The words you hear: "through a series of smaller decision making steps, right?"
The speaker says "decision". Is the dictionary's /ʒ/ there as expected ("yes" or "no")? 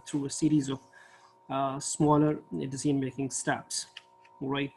no